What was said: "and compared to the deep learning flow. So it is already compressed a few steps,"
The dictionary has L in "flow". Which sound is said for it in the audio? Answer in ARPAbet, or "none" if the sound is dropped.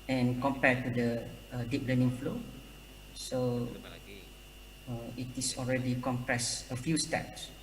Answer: L